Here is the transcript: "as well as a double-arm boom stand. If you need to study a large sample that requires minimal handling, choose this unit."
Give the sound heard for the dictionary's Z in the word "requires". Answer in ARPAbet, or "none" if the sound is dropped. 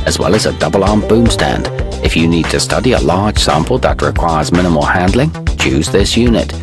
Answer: Z